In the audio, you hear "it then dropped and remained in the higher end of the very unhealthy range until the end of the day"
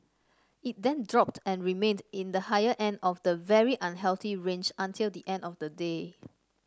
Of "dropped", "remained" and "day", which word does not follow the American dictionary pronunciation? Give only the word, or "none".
none